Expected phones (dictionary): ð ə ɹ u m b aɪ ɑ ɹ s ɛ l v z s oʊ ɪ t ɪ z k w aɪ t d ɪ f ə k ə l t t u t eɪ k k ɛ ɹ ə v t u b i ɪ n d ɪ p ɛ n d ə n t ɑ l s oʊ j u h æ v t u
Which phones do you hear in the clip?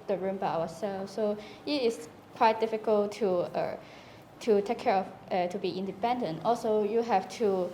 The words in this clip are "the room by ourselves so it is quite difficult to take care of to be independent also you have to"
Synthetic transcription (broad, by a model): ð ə ɹ u m b aɪ ɑ w s ɛ l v s oʊ ɪ t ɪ s k w aɪ t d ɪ f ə k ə l t t u t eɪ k k ɛ ɹ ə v t u b i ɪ n d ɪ p ɛ n d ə n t ɑ l s oʊ j u h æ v t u